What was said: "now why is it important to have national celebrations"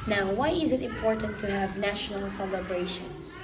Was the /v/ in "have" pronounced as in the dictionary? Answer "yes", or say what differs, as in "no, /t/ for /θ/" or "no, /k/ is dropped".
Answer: yes